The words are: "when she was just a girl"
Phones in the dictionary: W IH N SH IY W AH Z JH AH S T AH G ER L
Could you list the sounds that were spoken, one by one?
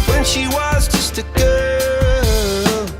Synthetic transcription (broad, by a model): W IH N SH IY W AH Z JH AH S T AH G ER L